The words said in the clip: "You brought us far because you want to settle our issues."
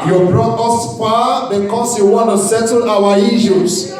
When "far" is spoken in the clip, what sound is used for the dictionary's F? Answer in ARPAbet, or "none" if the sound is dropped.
P